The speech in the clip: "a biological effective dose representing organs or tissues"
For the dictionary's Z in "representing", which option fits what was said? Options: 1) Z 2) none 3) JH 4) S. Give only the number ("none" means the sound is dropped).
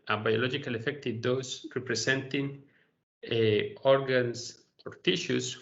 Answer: 4